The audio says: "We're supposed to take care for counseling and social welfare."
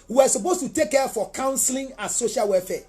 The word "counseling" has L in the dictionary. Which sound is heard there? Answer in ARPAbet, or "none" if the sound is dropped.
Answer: L